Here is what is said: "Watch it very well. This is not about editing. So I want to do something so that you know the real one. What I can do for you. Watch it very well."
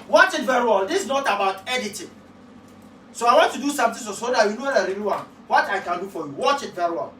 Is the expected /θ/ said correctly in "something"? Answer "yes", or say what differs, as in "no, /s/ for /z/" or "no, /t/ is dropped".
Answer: no, /t/ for /θ/